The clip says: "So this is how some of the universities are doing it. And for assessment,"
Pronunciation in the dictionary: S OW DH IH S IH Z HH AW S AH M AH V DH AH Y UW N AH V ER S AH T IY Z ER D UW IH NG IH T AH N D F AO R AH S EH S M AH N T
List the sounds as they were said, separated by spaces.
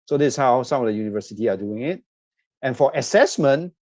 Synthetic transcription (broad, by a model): S OW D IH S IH S HH AW S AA M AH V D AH Y UW N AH V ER S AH T IY AA D UW IH NG IH T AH N F AO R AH S EH S M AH N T